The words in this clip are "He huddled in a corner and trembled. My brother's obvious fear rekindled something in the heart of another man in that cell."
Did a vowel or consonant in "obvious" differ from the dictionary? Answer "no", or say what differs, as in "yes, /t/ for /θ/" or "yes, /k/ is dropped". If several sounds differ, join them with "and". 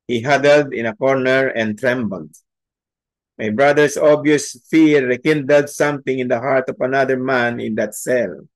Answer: yes, /v/ is dropped